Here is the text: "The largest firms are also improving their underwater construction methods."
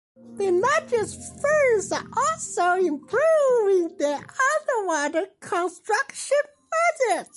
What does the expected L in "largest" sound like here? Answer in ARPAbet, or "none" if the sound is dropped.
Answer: N